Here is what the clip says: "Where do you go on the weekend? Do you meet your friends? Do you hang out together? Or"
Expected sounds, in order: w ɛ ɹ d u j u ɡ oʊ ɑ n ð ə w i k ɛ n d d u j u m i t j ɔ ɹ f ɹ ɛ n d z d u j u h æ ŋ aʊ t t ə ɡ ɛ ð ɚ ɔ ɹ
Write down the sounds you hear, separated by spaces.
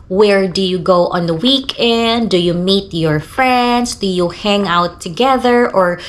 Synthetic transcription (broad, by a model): w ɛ ɹ d u j u ɡ oʊ ɑ n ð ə w i k ɛ n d d u j u m i t j ɔ ɹ f ɹ ɛ n d s d u j u h æ ŋ aʊ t t ə ɡ ɛ ð ɚ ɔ ɹ